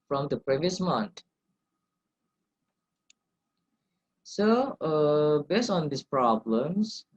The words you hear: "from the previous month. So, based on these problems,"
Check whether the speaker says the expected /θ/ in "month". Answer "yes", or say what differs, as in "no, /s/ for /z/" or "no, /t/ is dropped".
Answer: no, /t/ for /θ/